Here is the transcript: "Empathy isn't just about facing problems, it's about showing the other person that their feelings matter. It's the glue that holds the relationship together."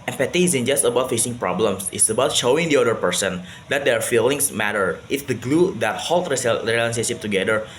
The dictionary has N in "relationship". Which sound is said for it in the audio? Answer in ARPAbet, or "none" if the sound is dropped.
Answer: none